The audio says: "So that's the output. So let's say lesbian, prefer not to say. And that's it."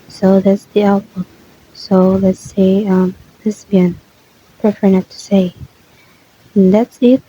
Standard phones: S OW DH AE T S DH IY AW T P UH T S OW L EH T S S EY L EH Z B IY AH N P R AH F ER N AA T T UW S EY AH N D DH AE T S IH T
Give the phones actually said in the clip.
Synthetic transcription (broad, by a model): S OW DH AE T S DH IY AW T B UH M S OW L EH T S S EY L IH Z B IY N P R AH F ER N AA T T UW S EY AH N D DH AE T S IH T